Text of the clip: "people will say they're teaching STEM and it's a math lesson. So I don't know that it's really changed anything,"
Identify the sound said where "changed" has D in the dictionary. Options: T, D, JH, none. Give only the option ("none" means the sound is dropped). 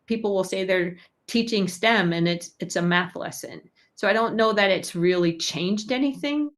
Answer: D